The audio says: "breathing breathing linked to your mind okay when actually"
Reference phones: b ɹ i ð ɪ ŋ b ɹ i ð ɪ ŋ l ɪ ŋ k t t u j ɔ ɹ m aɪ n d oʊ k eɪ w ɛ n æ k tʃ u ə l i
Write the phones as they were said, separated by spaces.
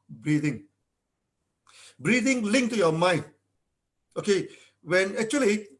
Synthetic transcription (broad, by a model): b ɹ i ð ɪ ŋ b ɹ i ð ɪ ŋ l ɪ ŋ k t t u j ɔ m aɪ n oʊ k eɪ w ɛ n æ k tʃ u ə l i